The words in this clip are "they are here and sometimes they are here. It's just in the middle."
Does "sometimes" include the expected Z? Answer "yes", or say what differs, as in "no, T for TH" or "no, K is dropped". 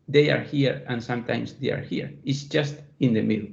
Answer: no, S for Z